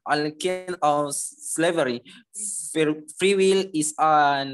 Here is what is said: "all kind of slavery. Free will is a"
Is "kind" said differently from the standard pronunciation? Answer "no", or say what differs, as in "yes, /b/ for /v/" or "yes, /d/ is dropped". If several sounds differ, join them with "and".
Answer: yes, /d/ is dropped